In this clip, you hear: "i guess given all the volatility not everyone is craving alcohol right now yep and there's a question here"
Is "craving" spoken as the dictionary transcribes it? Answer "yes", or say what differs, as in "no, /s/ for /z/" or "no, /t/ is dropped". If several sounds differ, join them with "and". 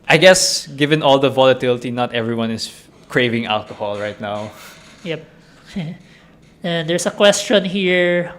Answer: yes